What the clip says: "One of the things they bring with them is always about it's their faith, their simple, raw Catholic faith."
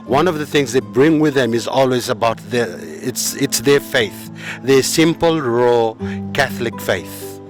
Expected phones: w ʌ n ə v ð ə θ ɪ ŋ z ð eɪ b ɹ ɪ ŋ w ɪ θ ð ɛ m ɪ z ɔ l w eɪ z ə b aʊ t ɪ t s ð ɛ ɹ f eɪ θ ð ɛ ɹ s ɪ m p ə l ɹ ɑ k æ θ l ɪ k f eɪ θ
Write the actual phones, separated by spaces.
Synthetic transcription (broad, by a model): w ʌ n ə v ð ə θ ɪ ŋ z ð eɪ b ɹ ɪ ŋ w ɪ ð ɛ m ɪ z ɔ l w eɪ z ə b aʊ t ɪ t s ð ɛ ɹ f eɪ θ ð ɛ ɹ s ɪ m p ə l ɹ ɑ k æ θ l ɪ k f eɪ θ